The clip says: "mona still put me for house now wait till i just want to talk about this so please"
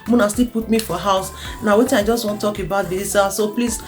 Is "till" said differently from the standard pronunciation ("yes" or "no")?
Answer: yes